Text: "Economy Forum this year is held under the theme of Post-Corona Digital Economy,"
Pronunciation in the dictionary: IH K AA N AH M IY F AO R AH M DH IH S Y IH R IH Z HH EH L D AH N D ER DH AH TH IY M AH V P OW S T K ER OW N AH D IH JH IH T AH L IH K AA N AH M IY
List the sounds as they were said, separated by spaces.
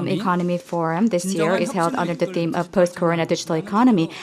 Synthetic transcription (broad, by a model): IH K AA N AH M IY F AO R AH M DH IH S Y IH R IH Z HH EH L D AH N D ER DH AH TH IY M AH V P OW S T K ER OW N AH D IH JH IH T L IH K AA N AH M IY